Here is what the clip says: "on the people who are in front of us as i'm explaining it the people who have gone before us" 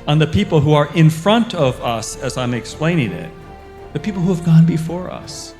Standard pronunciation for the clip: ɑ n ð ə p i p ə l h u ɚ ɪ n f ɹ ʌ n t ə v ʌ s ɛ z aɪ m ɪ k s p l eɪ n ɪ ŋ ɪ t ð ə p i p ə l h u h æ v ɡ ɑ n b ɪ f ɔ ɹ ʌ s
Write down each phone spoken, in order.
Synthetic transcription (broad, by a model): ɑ n ð ə p i p l h u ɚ ɪ n f ɹ ʌ n t ə v ʌ s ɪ z aɪ m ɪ k s p l eɪ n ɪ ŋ ɪ t ð ə p i p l h u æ v ɡ ɑ n b ɪ f ɔ ɹ ʌ s